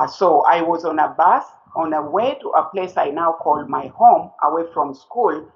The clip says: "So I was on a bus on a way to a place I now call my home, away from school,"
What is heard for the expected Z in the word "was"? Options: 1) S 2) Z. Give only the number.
2